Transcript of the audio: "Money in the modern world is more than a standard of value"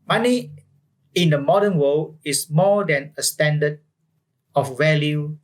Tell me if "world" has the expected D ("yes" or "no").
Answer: no